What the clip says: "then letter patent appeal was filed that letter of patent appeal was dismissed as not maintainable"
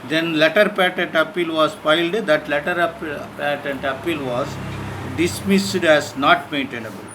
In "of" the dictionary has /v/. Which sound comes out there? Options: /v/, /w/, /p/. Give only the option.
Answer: /p/